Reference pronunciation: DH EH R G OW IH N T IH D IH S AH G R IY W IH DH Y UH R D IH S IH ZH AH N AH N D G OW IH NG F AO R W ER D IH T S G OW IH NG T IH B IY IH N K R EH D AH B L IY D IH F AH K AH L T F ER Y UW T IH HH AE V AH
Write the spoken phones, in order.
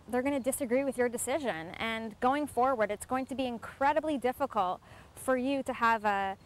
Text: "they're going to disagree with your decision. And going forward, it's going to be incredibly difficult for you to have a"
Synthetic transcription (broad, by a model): DH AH R G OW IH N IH D IH S AH G R IY W IH DH Y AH R D IH S IH ZH AH N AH N G OW IH NG F AO R W ER D IH T S G OW IH NG T IH B IY IH N K R EH D AH B L IY D IH F AH K AH L T F ER Y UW T IH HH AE V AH